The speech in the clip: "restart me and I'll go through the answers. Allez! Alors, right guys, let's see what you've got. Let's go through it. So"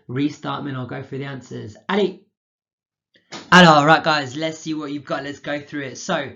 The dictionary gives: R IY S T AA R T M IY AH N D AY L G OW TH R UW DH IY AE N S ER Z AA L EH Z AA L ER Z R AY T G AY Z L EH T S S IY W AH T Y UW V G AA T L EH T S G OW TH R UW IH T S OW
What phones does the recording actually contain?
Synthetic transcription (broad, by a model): R IY S T AA T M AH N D AY L G OW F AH DH IY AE N S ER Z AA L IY AA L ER R AY T G AY Z L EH T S S IY W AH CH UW V G AA T L EH T S G OW TH R UW IH T S OW